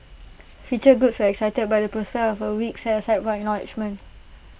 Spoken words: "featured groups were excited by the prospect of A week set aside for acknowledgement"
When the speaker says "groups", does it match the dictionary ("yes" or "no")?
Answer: no